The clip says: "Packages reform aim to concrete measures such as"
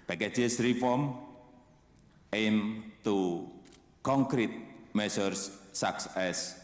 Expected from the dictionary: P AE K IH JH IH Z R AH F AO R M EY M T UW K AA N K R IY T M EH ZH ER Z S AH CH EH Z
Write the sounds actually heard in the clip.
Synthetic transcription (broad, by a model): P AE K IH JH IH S R AH F AO R M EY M T UW K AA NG K R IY T M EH S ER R S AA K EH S